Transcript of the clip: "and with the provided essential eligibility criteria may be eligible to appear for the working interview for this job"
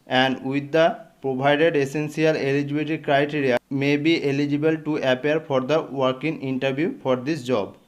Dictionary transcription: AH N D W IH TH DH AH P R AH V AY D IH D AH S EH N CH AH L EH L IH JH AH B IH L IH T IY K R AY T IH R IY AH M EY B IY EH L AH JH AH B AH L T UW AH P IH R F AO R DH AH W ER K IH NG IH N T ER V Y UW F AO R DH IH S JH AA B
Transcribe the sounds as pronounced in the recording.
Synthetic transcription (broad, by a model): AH N D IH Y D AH P R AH B AY D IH D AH S EH N S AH L EH L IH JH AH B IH T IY K R AY T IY R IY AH M EY B IY EH L AH JH AH B AH L T UW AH P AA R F AO R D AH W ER K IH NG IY N T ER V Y UW F AO R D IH S JH AA B